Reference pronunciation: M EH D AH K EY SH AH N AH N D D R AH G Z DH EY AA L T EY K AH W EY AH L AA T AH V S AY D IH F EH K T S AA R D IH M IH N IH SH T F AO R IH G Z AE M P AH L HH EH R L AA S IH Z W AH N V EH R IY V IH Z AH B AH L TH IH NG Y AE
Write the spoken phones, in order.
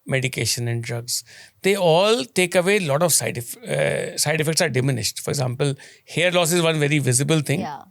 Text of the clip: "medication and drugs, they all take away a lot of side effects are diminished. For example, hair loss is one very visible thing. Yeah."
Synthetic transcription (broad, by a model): M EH D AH K EY SH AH N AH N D D R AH G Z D EY AA L T EY K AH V EY L AA T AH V S AY D IH F EH K T S AA R D IH M IH N IH SH T F AO R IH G Z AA M P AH L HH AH R L AA S IH Z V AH N V EH R IY V IH Z AH B AH L T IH NG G